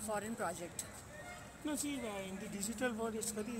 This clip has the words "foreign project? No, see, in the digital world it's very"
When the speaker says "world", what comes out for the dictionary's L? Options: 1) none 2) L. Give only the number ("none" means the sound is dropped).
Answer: 1